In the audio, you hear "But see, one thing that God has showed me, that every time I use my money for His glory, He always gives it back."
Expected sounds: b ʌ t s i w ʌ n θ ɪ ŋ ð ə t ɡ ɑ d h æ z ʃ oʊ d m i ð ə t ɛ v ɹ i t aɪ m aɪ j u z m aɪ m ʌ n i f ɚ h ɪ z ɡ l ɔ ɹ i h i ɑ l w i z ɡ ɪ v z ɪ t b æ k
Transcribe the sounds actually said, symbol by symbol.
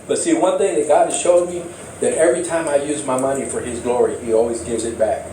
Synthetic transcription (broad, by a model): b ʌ t s i w ʌ n θ ɪ ŋ ð ə t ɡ ɑ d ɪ ʃ oʊ d m i ð ə t ɛ v ɹ i t aɪ m aɪ j u z m aɪ m ʌ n i f ɚ ɪ z ɡ l ɔ ɹ i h i ɑ l w i z ɡ ɪ v z ɪ t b æ k